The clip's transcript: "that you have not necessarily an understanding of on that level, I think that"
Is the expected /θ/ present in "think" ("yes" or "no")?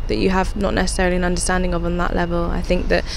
yes